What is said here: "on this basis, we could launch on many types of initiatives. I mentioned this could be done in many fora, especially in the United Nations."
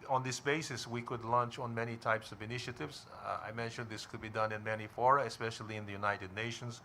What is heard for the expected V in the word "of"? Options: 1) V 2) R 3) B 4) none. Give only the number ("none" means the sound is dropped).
1